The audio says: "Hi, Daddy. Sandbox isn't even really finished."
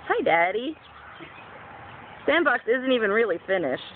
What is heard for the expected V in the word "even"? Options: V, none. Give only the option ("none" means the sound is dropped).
V